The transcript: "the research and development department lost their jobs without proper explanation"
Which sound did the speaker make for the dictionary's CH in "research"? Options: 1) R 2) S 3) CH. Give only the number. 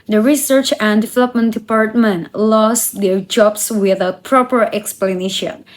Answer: 3